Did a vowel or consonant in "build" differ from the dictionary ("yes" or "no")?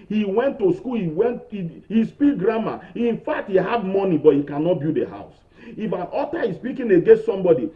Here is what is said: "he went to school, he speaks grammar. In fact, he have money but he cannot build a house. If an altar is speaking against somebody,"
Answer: yes